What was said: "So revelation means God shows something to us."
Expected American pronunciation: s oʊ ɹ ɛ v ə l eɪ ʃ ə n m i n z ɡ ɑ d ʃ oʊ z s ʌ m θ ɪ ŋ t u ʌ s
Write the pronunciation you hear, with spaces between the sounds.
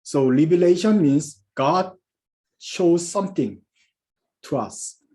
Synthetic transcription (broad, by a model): s oʊ l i b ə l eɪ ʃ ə n m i n s ɡ ɑ d ʃ oʊ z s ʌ m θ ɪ ŋ t u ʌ s